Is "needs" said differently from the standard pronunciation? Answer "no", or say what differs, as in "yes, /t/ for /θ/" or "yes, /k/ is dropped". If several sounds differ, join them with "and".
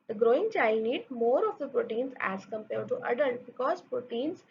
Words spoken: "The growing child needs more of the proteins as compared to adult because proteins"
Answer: yes, /z/ is dropped